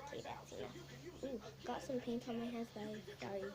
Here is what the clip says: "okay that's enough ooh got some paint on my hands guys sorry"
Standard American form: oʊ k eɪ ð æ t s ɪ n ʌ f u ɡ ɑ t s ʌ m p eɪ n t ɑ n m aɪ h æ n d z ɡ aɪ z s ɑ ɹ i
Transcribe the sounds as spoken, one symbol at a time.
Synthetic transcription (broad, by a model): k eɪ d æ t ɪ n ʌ u ɡ ɑ t s ʌ m p eɪ n t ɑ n m aɪ h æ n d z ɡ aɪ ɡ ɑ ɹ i